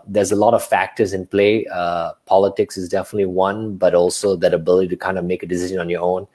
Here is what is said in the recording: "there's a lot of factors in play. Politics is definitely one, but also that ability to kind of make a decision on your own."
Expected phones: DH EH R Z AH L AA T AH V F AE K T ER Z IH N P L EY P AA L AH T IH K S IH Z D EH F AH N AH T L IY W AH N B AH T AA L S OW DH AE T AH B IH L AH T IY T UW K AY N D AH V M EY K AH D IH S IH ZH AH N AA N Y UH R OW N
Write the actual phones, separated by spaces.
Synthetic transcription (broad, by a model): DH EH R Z AH L AA T AH V F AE K T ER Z IH N P L EY P AA L AH T IH K S IH Z D EH F AH N AH T L IY W AH N B AH T AA L S OW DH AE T AH B IH L AH T IY T UW K AY N D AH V M EY K AH D IH S IH ZH AH N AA N Y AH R OW N